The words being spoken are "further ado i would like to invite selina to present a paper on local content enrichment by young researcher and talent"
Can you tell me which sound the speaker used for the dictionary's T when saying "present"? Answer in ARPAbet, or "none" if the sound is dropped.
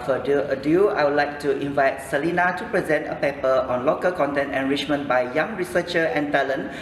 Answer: T